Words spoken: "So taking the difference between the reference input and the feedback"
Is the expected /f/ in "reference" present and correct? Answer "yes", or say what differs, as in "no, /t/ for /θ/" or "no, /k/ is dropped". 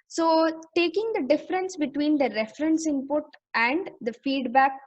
yes